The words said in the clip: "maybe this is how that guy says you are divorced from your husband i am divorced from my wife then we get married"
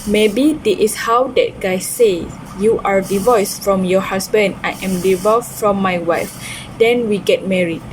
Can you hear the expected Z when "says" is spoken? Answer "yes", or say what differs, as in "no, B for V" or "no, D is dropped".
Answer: no, Z is dropped